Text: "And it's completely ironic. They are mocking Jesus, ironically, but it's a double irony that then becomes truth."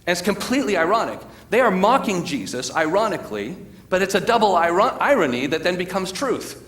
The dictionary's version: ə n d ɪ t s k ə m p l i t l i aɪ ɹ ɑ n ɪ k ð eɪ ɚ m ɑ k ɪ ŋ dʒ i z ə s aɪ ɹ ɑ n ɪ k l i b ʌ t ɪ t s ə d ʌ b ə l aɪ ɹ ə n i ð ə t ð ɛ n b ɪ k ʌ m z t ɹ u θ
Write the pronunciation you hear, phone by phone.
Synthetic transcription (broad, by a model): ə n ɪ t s k ə m p l i t l i aɪ ɹ ɑ n ɪ k ð eɪ ɚ m ɑ k ɪ ŋ dʒ i z ə s aɪ ɹ ɑ n ɪ k l i b ʌ t ɪ t s ə d ʌ b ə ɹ aɪ ɹ ə n i ð ə t ð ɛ n b ɪ k ʌ m z t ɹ u θ